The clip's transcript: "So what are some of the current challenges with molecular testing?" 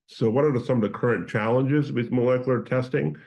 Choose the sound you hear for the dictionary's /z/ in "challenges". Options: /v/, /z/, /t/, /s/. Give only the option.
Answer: /z/